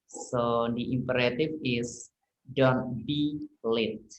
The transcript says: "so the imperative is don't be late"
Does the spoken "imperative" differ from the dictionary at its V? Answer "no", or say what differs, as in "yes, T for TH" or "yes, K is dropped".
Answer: yes, F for V